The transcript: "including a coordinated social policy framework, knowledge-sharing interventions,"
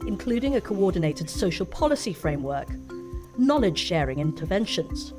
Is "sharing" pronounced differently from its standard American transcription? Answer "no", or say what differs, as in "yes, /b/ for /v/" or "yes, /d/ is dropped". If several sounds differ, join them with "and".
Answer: no